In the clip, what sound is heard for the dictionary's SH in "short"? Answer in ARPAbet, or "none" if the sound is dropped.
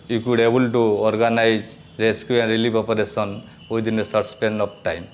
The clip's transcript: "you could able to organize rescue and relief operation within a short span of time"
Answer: S